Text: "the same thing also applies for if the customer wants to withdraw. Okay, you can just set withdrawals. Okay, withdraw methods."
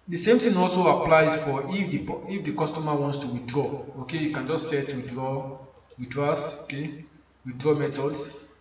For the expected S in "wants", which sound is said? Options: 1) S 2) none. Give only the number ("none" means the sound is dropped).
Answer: 1